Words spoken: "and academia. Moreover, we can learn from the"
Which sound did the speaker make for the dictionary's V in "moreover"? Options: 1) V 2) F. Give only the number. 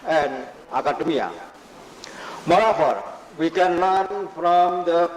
2